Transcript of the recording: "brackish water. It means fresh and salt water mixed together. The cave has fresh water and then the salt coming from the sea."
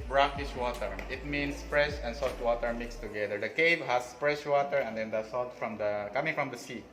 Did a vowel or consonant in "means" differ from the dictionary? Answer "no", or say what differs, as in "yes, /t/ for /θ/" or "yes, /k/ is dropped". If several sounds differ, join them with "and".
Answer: yes, /s/ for /z/